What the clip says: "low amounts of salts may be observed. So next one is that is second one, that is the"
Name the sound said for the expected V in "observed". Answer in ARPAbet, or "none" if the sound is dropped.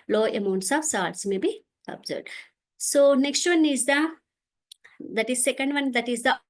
none